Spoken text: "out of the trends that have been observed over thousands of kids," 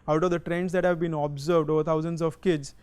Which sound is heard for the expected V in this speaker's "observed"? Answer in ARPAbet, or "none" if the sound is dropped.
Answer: V